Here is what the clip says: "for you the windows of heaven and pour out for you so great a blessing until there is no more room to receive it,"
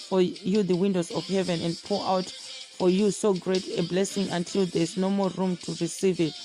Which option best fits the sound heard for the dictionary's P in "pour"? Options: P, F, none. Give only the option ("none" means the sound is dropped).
P